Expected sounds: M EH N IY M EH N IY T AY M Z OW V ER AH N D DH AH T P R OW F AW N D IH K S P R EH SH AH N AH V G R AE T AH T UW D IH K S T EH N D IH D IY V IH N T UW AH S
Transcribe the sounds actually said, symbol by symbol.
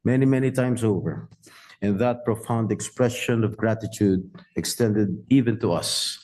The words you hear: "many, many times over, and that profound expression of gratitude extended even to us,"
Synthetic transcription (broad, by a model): M EH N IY M EH N IY T AY M S OW V ER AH N DH AH T P R OW F AW N D IH K S P R EH SH AH N AH V G R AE T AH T UW D IH K S T EH N D IH D IY V IH N T UW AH S